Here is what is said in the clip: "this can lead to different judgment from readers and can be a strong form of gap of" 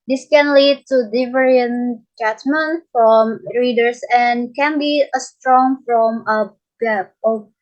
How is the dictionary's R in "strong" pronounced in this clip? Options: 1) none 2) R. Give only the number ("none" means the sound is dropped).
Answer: 2